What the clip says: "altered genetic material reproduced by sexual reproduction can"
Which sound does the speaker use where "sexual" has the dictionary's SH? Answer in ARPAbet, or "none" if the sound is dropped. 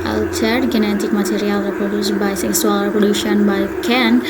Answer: S